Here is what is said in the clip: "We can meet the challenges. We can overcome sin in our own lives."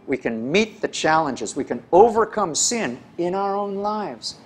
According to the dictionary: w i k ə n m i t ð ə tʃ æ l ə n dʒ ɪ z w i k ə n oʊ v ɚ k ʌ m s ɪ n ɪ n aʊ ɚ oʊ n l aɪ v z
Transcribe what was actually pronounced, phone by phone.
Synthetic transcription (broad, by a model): w i k ə n m i t ð ə tʃ æ l ə n dʒ ɪ z w i k ə n oʊ v ɚ k ʌ m s ɪ n ɪ n aʊ ɚ oʊ n l aɪ v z